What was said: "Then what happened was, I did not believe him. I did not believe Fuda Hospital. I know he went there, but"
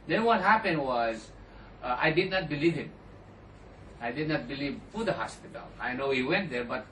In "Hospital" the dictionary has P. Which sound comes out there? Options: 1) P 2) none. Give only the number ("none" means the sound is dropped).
1